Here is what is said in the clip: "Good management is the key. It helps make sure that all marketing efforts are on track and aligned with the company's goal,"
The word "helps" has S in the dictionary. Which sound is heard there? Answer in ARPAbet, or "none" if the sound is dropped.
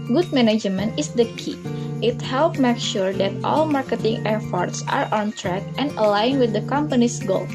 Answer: none